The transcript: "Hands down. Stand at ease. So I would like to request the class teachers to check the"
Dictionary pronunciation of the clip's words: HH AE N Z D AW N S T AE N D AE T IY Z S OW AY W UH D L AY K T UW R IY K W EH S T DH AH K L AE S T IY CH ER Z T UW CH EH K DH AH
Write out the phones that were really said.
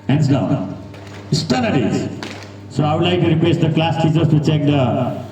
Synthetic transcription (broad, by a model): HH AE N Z D AW N S T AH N AH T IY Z S OW AY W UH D L AY K T UW R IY K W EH S T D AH K L AE S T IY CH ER S T UW CH EH K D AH